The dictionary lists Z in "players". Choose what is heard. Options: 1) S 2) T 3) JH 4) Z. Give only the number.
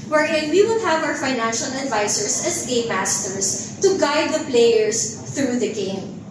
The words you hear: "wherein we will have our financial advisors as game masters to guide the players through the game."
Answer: 1